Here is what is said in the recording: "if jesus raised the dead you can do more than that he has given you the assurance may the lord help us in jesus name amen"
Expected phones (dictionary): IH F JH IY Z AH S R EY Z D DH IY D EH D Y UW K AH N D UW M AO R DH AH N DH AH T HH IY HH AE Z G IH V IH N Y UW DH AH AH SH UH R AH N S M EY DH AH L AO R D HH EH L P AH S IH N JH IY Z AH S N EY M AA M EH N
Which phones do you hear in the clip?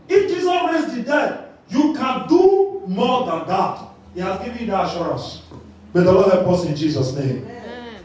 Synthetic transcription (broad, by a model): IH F JH IY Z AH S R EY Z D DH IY D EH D Y UW K AH N D UW M AO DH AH N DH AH T HH IY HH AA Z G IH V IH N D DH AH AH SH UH R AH N S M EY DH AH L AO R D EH P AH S IH N JH IY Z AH S N EY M M